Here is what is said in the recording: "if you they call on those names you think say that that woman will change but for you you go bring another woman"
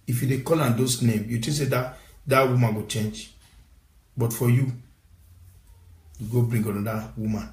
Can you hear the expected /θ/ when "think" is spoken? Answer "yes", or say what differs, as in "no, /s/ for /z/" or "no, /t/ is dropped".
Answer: no, /t/ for /θ/